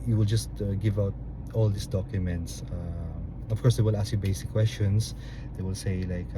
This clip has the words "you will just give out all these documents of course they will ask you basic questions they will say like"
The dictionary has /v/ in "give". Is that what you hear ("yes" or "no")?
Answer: yes